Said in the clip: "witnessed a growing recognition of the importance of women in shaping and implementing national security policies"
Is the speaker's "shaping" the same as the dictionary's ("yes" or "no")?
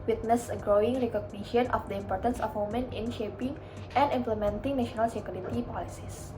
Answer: yes